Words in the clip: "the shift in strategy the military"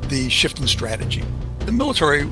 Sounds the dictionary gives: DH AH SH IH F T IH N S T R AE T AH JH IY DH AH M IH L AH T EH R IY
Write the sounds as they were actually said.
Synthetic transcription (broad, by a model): DH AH SH IH F T IH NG S T R AE T AH JH IY DH AH M IH L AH T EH R IY